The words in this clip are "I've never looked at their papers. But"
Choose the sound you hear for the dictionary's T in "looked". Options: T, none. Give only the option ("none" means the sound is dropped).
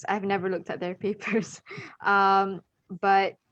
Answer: T